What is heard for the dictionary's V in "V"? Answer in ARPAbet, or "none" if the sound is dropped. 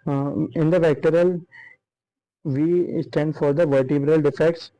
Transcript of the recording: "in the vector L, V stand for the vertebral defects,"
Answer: V